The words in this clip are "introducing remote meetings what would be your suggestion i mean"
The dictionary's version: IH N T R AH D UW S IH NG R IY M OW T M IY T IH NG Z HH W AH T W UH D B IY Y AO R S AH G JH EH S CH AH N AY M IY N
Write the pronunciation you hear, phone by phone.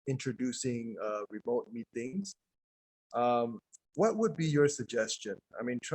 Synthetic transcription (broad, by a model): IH N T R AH D UW S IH NG R IY M OW T M IY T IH NG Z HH W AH T W UH D B IY Y AO R S AH G JH EH S CH AH N AY M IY N